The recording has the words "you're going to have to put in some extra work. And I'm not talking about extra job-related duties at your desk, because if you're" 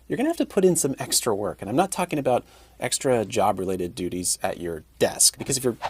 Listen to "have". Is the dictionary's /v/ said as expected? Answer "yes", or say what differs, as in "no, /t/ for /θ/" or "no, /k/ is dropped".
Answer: no, /f/ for /v/